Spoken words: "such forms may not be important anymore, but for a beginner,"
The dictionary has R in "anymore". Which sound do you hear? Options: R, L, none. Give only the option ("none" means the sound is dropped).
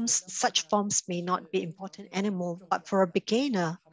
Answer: L